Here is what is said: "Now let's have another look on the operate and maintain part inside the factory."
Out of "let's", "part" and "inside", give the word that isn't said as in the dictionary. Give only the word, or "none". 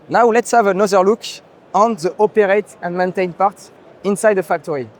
none